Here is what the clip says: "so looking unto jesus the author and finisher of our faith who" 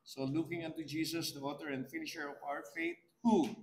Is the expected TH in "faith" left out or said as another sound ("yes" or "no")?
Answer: yes